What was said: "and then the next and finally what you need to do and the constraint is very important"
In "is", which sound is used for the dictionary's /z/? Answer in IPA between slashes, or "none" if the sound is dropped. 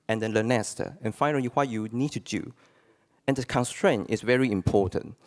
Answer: /s/